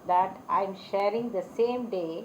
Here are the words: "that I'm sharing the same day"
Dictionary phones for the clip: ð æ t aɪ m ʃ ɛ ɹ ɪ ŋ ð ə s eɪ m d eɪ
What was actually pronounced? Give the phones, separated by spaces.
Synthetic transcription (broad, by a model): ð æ t aɪ m ʃ ɛ ɹ ɪ ŋ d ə s eɪ m d eɪ